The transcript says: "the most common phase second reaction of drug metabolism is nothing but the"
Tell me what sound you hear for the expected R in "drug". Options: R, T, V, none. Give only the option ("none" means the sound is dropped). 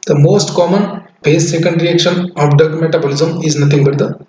none